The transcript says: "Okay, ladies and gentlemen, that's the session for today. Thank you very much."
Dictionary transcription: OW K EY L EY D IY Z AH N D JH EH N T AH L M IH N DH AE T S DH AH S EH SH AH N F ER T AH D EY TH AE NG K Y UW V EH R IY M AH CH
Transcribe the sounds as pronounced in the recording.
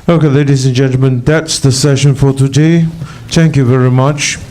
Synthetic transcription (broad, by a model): OW K EY L EY D IY Z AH N JH EH N T L M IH N DH AE T S DH AH S EH SH AH N F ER T AH D EY TH AE NG K Y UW V EH R IY M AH CH